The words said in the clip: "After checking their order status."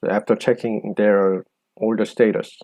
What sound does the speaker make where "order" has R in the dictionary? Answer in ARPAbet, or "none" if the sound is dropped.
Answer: L